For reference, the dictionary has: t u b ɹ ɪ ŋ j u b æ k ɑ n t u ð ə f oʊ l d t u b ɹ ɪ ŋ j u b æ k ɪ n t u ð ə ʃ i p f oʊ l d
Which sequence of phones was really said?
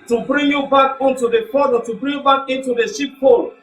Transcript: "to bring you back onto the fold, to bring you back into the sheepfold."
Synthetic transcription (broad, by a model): t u b ɹ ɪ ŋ j u b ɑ k ɑ n t u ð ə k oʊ d t u b ɹ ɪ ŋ j u b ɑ k ɪ n t u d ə ʃ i p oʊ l